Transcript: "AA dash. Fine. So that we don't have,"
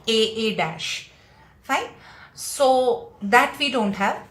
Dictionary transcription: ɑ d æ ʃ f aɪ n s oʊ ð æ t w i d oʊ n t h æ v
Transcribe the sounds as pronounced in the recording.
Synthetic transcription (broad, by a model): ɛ d æ ʃ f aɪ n s oʊ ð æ t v i d oʊ n t h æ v